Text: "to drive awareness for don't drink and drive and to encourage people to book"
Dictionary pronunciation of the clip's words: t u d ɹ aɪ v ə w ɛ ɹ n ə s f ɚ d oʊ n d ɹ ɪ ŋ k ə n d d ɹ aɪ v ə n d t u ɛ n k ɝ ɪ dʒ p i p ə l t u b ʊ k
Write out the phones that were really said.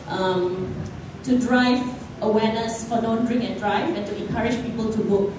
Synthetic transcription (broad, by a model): t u d ɹ aɪ v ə w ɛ n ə s f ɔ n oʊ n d ɹ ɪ ŋ ə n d d ɹ aɪ v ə n t u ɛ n k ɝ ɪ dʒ p i p ə l t u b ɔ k